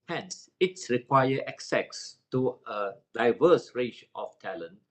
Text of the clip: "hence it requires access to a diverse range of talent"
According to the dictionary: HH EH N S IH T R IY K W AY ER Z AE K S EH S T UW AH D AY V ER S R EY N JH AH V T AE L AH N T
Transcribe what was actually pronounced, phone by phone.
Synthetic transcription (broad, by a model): HH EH N S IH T R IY K W AY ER EH K S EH S T UW AH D AY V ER S R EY JH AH F T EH L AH N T